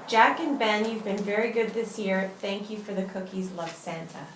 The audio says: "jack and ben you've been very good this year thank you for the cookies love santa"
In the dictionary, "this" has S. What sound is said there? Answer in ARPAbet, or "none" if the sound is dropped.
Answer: S